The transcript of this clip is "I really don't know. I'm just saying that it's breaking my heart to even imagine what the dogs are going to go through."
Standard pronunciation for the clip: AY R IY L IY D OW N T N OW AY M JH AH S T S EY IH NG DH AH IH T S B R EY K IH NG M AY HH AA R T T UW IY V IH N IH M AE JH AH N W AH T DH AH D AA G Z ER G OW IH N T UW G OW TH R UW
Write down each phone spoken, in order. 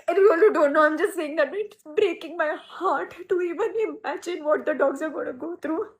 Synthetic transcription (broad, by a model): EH W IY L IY D OW N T N OW AY M JH AH S T S EY IH NG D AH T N B R EY K IH NG M AY HH AA R T T UW IY V IH N IH M AE JH AH N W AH T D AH D AA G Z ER G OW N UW G OW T R UW